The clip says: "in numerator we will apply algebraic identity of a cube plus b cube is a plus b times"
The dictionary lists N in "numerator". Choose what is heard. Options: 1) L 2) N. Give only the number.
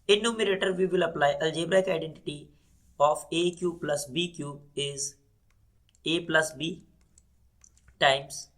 2